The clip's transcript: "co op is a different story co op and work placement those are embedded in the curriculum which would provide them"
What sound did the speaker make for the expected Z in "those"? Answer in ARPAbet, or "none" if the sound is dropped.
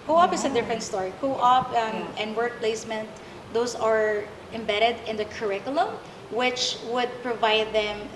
S